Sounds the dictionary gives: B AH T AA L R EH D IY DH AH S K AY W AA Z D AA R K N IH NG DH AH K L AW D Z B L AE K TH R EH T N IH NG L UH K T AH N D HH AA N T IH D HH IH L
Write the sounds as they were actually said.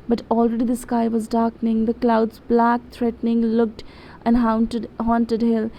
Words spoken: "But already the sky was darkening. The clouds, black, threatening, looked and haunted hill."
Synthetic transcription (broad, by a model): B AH T AA L R EH D IY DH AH S K AY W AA Z D AA R K N IH NG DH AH K L AW D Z B L AE K T R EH T N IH NG L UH K T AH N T HH AA N T IH D HH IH L